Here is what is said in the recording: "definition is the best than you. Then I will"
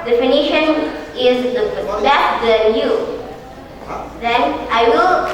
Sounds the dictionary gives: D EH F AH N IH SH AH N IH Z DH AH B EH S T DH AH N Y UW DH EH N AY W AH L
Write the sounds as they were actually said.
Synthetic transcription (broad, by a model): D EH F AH N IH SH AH N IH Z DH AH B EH T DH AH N Y UW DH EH N AY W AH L